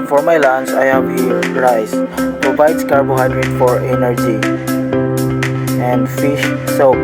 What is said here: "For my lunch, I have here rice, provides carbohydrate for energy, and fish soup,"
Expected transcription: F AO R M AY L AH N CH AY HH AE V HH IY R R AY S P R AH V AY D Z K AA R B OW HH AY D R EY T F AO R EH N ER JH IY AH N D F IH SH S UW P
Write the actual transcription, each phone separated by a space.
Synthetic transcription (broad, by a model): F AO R M AY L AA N S AY HH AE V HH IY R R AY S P R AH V AY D S K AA R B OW HH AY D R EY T F AO R EH N ER JH IY AH N D F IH SH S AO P